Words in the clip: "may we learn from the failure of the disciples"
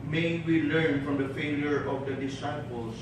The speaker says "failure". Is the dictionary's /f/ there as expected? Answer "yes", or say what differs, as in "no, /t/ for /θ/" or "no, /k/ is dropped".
yes